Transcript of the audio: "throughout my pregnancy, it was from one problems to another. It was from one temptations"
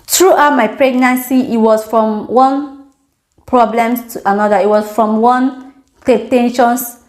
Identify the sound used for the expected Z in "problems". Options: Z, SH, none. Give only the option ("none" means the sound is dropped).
none